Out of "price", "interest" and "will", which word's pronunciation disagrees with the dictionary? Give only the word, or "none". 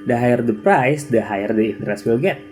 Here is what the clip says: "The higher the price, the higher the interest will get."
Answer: none